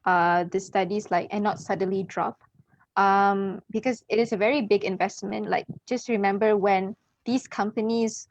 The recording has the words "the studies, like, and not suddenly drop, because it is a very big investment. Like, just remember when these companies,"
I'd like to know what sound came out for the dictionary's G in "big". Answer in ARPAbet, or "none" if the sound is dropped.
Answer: G